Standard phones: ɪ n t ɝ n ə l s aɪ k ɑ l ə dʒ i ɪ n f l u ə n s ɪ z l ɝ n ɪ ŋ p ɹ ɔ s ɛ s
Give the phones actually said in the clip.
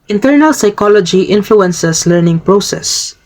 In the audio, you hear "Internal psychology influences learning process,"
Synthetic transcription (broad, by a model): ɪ n t ɝ n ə l s aɪ k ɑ l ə dʒ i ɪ n f l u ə n s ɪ s l ɝ n ɪ ŋ p ɹ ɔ s ɛ s